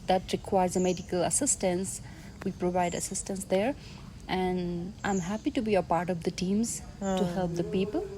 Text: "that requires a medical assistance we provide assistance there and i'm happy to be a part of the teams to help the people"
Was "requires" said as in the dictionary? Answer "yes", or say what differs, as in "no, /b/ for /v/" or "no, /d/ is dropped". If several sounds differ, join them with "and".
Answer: yes